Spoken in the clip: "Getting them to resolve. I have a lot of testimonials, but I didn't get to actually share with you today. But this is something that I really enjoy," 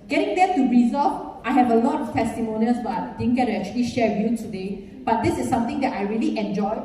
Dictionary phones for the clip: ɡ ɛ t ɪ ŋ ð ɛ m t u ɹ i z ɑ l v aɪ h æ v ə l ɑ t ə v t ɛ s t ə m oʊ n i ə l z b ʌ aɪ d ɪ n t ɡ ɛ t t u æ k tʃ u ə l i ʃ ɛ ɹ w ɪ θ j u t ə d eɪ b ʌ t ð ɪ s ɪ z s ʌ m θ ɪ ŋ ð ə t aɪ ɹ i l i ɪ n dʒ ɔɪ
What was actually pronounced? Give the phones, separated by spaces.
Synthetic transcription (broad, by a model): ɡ ɛ t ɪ ŋ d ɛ t u ɹ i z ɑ v aɪ h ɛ v ə l ɑ t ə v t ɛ s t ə m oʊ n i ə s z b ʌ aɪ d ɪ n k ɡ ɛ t t u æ k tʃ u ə l i ʃ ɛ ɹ j u t ə d eɪ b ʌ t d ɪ s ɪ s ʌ m t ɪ ŋ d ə t aɪ ɹ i l i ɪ n dʒ ɔɪ